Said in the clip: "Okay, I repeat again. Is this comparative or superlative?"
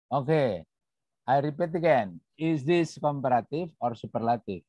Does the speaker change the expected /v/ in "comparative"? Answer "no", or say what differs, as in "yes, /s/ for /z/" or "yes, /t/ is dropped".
yes, /f/ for /v/